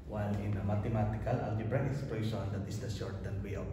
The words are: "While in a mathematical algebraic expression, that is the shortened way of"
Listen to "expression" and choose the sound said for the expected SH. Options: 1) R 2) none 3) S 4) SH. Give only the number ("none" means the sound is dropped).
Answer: 3